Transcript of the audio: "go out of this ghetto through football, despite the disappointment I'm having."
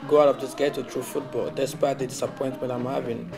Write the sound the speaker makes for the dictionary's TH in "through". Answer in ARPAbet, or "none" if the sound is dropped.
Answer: T